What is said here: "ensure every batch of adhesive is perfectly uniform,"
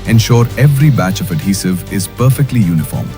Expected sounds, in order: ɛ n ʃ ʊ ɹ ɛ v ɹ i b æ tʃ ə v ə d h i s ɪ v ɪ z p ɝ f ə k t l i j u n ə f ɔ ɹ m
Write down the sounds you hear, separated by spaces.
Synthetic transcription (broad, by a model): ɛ n ʃ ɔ ɹ ɛ v ɹ i b æ tʃ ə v ə d h i s ɪ v ɪ z p ɝ f ə k t l i j u n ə f ɔ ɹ m